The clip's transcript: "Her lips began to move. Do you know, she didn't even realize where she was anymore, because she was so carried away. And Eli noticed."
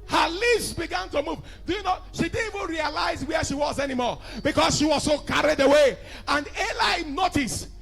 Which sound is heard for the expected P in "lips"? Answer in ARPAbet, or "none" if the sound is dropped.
none